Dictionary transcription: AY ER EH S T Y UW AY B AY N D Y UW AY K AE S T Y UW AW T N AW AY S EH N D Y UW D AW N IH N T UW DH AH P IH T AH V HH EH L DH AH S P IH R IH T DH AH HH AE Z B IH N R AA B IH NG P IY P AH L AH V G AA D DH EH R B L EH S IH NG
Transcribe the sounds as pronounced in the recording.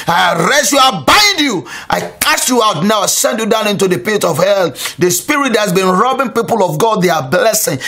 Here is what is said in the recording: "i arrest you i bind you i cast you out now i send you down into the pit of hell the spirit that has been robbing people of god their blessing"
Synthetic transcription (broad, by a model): AY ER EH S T Y UW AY B AY D Y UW AY K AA S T Y UW AW T N AW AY S EH N D Y UW D AW N IH N T UW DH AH P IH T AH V HH EH L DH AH S P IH R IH T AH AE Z B IH N R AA B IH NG P IY P AH L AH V G AA D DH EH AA B L EH S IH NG